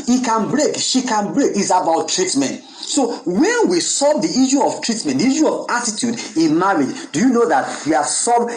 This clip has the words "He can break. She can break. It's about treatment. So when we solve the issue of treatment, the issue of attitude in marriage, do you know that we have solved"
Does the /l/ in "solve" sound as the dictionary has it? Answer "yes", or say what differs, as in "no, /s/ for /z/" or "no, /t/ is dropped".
no, /l/ is dropped